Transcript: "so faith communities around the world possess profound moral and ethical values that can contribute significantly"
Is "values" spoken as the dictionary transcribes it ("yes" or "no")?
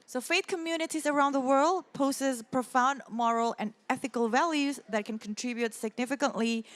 yes